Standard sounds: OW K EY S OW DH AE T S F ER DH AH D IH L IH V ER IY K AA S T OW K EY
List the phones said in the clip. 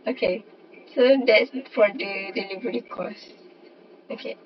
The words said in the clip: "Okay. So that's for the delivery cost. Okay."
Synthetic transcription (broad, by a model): OW K EY S OW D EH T S F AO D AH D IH L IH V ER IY K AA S OW K EY